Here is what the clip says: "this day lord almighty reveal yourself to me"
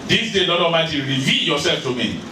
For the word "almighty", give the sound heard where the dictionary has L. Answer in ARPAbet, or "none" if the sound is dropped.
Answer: none